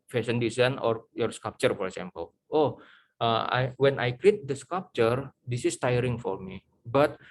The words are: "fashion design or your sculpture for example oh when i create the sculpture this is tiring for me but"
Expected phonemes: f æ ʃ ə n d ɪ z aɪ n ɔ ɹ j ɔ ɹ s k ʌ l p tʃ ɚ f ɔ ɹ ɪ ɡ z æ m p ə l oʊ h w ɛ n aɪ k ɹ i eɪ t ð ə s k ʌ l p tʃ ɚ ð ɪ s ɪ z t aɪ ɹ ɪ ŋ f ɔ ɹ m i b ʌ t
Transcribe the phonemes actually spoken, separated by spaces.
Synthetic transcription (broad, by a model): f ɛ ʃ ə n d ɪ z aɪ n ɔ ɹ j ɔ ɹ s k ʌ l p tʃ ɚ f ɔ ɹ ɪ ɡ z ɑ m p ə l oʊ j w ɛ n aɪ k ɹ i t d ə s k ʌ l p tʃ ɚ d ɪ s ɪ s t aɪ ɹ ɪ ŋ f ɔ ɹ m i b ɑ t